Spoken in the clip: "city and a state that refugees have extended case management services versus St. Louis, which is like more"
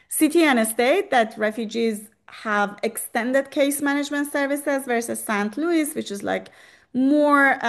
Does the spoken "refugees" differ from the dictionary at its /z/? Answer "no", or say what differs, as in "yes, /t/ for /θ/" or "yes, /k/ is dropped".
no